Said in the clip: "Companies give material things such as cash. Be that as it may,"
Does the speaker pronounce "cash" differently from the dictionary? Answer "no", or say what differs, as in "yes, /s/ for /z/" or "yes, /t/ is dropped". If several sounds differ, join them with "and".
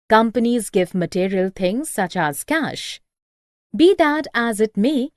no